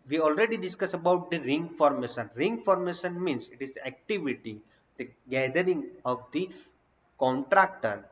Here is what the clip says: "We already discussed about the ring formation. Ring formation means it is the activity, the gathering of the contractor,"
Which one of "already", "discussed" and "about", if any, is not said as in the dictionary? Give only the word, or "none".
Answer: discussed